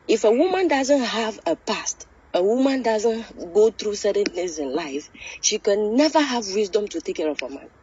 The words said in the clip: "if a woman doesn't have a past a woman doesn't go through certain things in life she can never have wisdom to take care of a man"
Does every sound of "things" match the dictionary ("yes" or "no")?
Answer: no